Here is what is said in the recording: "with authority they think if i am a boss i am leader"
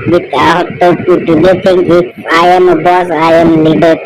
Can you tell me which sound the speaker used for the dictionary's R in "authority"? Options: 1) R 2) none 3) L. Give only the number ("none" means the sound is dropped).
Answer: 2